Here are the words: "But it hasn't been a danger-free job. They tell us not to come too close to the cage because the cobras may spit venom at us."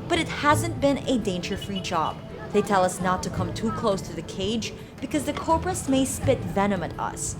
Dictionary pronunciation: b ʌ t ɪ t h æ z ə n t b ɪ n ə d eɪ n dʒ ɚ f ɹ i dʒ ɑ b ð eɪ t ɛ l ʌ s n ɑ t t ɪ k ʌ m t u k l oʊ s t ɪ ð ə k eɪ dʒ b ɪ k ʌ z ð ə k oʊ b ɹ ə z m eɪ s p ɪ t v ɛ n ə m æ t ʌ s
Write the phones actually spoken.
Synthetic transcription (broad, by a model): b ʌ t ɪ t h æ z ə n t b ɪ n ə d eɪ n dʒ ɚ f ɹ i dʒ ɑ b ð eɪ t ɛ l ʌ s n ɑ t t ɪ k ʌ m t u k l oʊ s t ɪ ð ə k eɪ dʒ b ɪ k ʌ z ð ə k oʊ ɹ ɹ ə s m eɪ s p ɪ t v ɛ n ə m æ t ʌ s